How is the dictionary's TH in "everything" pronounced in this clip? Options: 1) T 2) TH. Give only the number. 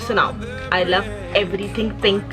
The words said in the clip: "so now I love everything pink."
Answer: 1